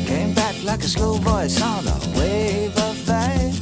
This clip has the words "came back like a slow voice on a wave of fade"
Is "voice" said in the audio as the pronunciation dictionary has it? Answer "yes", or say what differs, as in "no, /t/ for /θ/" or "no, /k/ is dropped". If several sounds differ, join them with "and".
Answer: no, /b/ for /v/